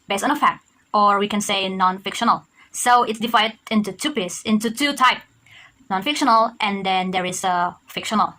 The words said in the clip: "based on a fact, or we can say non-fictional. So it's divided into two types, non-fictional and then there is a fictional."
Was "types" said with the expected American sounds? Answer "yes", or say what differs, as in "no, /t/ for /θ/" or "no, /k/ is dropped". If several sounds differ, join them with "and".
no, /s/ is dropped